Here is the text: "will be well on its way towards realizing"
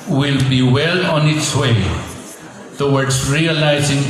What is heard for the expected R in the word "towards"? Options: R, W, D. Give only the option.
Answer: W